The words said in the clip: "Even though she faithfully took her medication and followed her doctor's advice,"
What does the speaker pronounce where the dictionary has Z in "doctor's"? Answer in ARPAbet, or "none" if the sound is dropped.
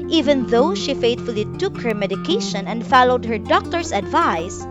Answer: S